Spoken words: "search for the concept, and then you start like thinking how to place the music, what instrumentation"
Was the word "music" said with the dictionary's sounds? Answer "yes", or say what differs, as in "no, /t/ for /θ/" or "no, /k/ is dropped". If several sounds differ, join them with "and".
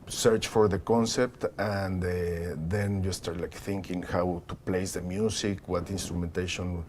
no, /s/ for /z/